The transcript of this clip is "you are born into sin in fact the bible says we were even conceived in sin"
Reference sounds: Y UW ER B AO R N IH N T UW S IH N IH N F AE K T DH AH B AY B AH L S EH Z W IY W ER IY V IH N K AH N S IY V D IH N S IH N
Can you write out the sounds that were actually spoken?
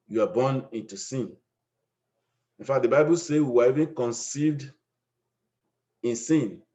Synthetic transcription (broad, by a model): Y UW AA B AO N IH N T UW S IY N IH N F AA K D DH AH B AY B AH L S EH W IY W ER IY V IH N K AH N S IY V D IH N S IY N